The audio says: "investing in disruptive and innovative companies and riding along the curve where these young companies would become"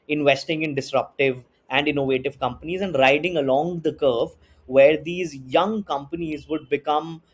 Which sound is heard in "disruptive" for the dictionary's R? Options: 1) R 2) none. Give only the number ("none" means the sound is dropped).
1